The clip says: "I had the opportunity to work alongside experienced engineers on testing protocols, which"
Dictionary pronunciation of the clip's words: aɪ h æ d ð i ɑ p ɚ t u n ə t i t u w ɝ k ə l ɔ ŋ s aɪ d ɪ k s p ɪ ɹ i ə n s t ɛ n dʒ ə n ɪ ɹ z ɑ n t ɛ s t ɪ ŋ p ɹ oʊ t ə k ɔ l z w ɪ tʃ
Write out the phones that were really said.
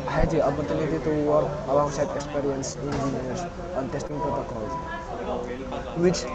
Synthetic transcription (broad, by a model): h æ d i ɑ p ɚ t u n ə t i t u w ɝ ə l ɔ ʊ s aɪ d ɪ k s p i ɹ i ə n s i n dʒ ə n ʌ ɹ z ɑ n t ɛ s t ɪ ŋ p ɹ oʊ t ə k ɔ l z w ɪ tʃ